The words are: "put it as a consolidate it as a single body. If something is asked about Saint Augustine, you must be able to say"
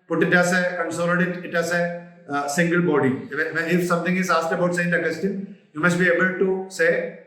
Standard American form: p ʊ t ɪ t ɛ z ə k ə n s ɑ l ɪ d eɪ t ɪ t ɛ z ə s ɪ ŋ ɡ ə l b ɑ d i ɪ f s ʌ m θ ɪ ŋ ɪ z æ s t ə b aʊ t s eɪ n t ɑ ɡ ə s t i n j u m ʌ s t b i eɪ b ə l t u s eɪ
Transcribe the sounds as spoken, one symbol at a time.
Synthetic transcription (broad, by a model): p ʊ t ɪ t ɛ s ə k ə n s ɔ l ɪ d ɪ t ɪ t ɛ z ə s ɪ ŋ ɡ ə l b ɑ d i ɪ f s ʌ m t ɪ ŋ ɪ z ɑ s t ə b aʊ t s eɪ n ɑ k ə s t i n j u m ʌ s t b i eɪ b ə l t u s eɪ